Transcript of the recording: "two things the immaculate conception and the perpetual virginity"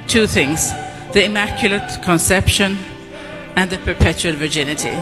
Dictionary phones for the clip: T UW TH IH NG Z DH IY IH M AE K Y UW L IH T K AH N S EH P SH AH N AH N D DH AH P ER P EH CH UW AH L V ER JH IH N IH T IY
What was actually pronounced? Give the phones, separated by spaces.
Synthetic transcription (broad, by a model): T UW TH IH NG Z DH IY IH M AE K Y UW L IH T K AH N S EH P SH AH N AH N DH AH P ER P EH CH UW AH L V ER JH IH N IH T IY